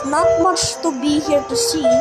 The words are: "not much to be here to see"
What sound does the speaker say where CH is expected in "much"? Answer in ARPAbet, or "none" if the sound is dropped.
SH